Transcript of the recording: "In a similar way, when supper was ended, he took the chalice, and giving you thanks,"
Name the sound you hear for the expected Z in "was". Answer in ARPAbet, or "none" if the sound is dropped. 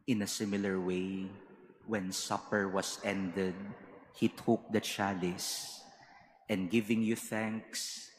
S